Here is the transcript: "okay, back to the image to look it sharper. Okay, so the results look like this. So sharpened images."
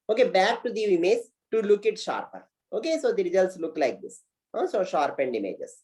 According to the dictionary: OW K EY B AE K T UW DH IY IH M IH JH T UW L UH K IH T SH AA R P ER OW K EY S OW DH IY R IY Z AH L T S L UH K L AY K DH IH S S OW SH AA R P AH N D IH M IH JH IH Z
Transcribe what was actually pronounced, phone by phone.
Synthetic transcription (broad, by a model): OW K EY B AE K T UW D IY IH M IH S T UW L UH K IH T SH AA R P ER OW K EY S OW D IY R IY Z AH L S L UH K L AY K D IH S S OW SH AA R P AH N D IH M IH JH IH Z